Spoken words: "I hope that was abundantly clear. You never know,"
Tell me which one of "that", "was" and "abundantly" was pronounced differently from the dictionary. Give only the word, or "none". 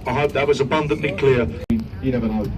none